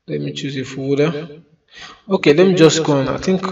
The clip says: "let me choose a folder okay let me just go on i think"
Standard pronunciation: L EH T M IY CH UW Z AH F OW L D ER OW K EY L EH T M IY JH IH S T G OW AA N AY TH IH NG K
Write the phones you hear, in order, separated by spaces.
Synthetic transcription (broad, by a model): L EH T M IY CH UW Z AH F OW D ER OW K EY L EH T M IY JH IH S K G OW AA N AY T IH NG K